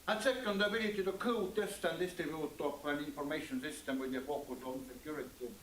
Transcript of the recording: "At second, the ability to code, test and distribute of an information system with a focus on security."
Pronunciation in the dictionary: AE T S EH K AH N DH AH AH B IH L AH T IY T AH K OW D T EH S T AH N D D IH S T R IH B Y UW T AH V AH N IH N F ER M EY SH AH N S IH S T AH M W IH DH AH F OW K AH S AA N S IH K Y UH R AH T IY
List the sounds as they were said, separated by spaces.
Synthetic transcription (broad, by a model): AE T S EH K AH N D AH AH B IH L AH T IY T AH K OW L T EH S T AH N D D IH S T IH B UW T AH P AH N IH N F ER M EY SH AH N S IH S T AH M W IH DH AH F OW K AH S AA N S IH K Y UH R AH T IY